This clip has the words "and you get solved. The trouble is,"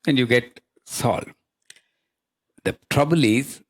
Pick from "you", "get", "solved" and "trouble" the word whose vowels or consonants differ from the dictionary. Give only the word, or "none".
solved